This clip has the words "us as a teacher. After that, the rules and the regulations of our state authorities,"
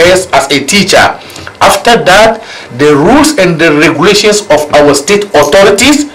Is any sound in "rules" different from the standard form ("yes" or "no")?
yes